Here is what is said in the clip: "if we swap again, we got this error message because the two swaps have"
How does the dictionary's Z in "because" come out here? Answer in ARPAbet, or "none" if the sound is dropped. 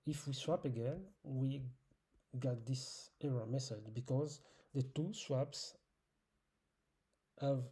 Z